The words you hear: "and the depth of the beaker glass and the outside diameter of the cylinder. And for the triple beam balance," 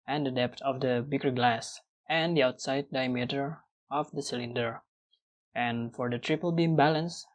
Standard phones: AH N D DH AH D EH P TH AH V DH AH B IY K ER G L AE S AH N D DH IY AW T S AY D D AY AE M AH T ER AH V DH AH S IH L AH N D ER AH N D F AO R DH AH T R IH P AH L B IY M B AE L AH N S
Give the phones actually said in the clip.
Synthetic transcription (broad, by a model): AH N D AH D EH P T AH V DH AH B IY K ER G L AE S AH N D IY AW T S AY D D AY M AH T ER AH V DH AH S IH L AH N D ER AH N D F AO R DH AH T R IH P AH L B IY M B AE L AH N S